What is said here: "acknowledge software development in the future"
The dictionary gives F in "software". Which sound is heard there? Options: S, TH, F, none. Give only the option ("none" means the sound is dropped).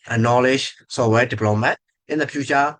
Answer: none